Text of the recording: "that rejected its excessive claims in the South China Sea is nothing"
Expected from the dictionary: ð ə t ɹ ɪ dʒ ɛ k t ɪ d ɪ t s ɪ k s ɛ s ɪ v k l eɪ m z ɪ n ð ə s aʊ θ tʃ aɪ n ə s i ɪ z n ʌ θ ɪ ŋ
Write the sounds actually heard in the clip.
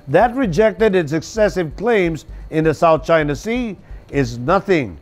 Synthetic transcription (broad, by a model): ð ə t ɹ ɪ dʒ ɛ k t ɪ d ɪ t s ɪ k s ɛ s ɪ v k l eɪ m z ɪ n ð ə s aʊ θ tʃ aɪ n ə s i ɪ z n ʌ θ ɪ ŋ